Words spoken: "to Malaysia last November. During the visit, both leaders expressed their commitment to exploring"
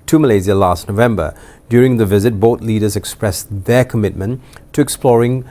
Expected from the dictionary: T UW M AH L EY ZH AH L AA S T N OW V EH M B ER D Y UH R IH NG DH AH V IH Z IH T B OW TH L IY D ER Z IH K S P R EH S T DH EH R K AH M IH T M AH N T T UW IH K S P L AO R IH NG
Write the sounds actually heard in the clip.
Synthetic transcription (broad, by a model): T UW M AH L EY Z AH L AA S T N OW V EH M B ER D Y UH R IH NG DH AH V IH Z IH T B OW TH L IY D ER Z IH K S P R EH S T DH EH K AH M IH T M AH N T T UW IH K S P L AO R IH NG